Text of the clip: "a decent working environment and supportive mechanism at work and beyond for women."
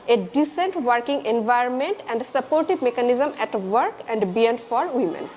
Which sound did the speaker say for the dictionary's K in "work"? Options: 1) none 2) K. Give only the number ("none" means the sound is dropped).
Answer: 2